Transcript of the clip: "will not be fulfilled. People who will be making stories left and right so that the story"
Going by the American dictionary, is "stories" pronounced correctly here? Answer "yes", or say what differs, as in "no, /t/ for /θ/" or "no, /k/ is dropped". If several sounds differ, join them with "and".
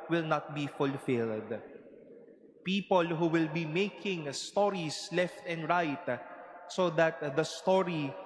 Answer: no, /s/ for /z/